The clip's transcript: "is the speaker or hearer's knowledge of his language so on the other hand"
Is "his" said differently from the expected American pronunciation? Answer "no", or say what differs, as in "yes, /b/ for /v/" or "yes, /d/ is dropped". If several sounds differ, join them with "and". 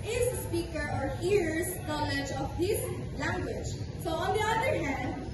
yes, /s/ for /z/